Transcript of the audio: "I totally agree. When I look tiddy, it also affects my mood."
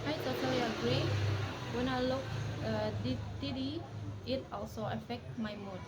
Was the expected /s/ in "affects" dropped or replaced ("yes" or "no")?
yes